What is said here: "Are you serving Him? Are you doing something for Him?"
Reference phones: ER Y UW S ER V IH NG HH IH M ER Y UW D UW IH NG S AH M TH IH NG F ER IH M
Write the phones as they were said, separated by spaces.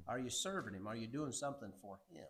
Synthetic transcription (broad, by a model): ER Y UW S ER V IH NG HH IH M ER Y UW D UW IH NG S AH M TH IH NG F ER IH M